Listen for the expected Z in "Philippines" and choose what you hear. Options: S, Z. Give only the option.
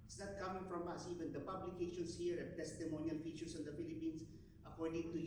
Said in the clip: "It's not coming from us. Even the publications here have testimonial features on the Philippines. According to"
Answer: S